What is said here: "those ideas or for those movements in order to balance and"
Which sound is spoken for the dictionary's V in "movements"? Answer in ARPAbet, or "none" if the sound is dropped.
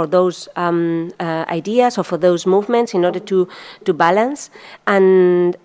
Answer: V